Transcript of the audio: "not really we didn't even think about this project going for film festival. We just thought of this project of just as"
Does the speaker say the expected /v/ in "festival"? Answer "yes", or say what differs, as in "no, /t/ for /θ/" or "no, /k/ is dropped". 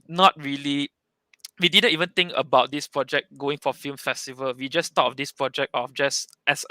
yes